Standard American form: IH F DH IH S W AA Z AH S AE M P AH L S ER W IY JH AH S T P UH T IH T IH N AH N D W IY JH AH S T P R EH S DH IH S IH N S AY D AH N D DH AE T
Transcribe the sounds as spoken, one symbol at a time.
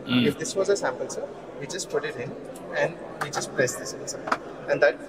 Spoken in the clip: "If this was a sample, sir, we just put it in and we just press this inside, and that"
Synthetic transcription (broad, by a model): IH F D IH S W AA Z AH S AE M P AH L S ER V IY JH AH S T P UH T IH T IH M AH N D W IY JH AH S T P R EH S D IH S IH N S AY AH N D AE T